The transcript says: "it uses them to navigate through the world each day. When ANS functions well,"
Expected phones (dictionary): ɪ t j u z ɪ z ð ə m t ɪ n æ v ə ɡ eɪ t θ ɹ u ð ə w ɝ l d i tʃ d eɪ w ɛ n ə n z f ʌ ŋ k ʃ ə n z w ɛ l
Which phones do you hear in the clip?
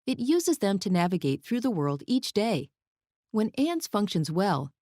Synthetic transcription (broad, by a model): ɪ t j u z ɪ z ð ə m t ɪ n æ v ə ɡ eɪ t θ ɹ u ð ə w ɝ l d i tʃ d eɪ w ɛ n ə n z f ʌ ŋ k ʃ ə n z w ɛ l